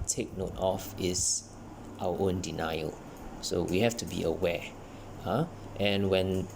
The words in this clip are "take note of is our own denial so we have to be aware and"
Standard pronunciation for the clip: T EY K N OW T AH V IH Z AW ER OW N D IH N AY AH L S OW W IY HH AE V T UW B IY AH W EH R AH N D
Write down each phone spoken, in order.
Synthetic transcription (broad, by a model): T EY K N OW T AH F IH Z AW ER OW N D IH N AY AH L S OW W IY HH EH F T UW B IY AH W EH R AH N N